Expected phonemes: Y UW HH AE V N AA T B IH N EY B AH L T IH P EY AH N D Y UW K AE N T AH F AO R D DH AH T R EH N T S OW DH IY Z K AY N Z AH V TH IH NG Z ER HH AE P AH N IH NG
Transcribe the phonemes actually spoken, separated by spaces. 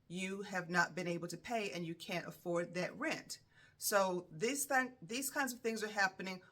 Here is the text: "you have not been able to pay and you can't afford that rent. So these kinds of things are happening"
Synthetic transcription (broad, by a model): Y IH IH V N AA T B IH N EY B L T IH P EY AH N Y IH K AE N T AH F AO R D DH AH T R EH N T S OW DH IY Z K AY N Z AH V TH IH NG Z ER HH AE P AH N IH NG